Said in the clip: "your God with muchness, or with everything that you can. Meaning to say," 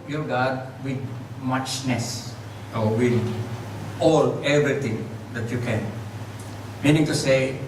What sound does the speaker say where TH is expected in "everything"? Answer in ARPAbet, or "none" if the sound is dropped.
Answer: T